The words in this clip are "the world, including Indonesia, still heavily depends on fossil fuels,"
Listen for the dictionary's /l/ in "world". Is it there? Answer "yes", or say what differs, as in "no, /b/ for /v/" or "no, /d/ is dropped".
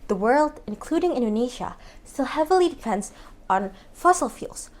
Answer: yes